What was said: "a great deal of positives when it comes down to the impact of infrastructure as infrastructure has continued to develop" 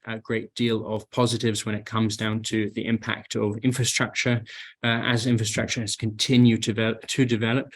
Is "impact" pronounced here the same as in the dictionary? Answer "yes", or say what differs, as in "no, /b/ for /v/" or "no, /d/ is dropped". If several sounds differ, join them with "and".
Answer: yes